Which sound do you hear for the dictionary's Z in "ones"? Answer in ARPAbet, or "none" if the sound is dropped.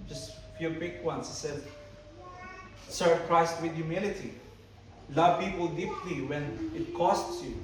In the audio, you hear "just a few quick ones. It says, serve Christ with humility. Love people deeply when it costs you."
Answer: S